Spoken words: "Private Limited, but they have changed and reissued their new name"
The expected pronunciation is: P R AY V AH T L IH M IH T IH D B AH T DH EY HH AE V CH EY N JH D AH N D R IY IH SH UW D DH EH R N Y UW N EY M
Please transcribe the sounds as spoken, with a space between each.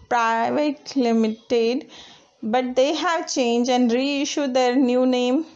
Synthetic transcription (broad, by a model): P R AY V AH T L IH M IH T IH D B AH T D EY HH AE V CH EY N JH AH N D R IY IH SH UW D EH R N Y UW N EY M